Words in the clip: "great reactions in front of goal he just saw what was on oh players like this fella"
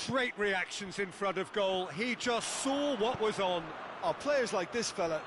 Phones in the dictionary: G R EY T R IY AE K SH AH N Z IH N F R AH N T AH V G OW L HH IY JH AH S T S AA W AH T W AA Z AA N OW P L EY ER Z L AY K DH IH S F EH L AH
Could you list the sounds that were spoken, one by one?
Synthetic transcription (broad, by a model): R EY T R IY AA K SH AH N Z IH N F R AH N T AH V G OW L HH IY JH AH S T S AA W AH T W AA Z N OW P L EY ER Z L AY K DH IH S F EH L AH